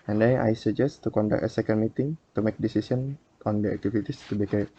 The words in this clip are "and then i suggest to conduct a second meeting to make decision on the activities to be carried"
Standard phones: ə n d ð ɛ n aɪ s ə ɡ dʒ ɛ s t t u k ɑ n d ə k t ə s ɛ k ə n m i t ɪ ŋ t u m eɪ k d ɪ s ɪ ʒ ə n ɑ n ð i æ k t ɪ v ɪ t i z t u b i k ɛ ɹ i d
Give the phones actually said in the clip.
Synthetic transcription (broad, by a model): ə n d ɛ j aɪ s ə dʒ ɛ s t t u k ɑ n d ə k ə s ɛ k ə n m i t ɪ ŋ t u m eɪ k d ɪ s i s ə n ɑ n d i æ k t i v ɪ t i s t u b i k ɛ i